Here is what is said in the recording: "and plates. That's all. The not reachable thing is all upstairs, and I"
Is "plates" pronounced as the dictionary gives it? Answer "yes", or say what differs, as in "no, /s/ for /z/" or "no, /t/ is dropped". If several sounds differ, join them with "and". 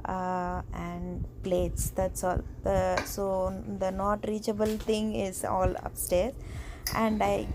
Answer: yes